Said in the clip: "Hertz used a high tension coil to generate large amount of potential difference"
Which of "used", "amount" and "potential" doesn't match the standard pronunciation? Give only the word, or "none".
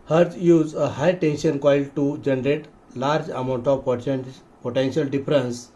used